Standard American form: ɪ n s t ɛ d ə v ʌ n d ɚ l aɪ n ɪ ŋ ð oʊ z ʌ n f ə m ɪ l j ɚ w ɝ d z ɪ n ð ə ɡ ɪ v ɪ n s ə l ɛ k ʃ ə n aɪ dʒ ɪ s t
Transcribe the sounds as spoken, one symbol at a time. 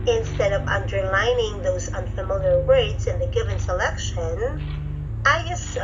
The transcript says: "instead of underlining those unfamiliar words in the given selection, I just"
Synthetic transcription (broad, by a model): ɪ n s t ɛ d ə v ʌ n d ɚ l aɪ n ɪ ŋ ð oʊ z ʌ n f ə m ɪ l j ɚ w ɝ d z ɪ n ð ə ɡ ɪ v ɪ n s ə l ɛ k ʃ ə n aɪ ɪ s